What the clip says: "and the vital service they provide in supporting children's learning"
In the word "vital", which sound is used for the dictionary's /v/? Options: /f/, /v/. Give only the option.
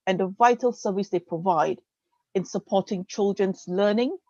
/v/